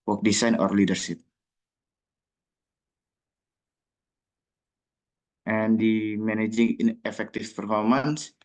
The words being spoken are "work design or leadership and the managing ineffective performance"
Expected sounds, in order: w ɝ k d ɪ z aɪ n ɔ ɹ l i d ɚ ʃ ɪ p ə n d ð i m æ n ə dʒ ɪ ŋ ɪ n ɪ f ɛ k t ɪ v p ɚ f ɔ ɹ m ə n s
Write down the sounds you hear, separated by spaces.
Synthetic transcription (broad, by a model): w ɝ k d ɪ s aɪ n ɔ ɹ l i d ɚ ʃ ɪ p ə n d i m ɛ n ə dʒ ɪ ŋ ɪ n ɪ f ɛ k t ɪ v p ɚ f ɔ ɹ m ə n s